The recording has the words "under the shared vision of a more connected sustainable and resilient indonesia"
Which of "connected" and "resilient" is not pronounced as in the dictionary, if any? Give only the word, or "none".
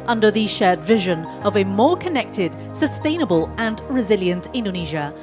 none